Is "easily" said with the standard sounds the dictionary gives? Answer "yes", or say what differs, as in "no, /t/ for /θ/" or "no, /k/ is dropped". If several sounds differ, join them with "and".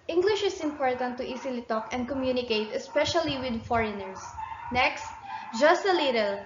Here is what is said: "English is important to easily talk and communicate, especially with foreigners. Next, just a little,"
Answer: no, /s/ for /z/